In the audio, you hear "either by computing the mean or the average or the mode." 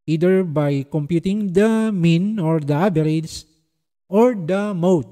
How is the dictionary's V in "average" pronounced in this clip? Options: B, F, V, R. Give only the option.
B